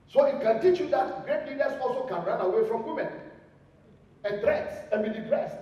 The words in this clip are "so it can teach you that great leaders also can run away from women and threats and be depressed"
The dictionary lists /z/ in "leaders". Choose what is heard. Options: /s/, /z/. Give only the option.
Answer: /s/